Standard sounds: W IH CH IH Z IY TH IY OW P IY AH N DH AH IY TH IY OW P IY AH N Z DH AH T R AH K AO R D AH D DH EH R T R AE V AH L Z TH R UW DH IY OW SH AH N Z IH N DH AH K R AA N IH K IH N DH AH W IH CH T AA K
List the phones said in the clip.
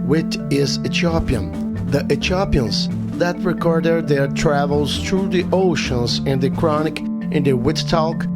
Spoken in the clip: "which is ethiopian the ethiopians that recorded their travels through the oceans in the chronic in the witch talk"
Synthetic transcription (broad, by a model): W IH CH IH Z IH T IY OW P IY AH N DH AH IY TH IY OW P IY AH N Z DH AH T R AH K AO R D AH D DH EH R T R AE V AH L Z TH R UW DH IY OW SH AH N Z IH N DH AH K R AA N IH K IH N DH AH W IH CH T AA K